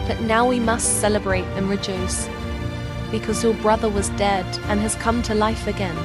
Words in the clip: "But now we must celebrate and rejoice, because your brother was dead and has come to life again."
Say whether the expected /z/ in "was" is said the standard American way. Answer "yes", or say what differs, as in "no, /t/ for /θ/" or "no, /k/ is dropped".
yes